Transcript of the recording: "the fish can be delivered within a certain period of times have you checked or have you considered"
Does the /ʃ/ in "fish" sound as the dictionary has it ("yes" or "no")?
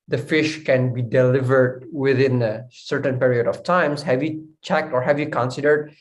yes